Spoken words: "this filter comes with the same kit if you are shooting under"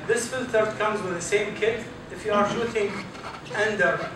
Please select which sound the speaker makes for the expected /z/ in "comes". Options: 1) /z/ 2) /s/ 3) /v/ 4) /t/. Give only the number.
1